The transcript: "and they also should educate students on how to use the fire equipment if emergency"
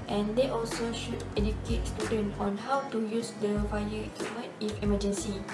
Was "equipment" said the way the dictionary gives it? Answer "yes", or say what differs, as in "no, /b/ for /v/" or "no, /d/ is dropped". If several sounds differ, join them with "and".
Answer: no, /p/ is dropped